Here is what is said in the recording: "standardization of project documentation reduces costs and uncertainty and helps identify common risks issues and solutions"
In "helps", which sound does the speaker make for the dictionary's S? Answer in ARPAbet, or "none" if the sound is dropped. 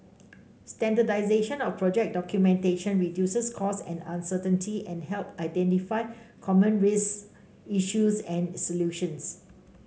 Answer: none